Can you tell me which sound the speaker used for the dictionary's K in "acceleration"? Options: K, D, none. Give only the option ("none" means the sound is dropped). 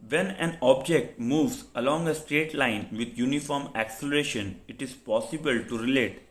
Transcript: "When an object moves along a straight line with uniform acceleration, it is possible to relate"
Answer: K